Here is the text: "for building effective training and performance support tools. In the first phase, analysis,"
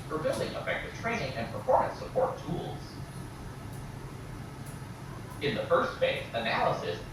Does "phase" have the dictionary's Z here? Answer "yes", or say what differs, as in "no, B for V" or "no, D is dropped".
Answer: no, S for Z